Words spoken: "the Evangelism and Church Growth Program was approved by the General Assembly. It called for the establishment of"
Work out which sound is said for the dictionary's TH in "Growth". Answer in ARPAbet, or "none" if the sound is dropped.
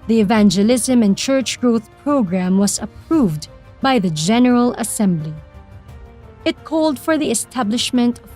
TH